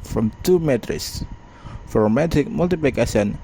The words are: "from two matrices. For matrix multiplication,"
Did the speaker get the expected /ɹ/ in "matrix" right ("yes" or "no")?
no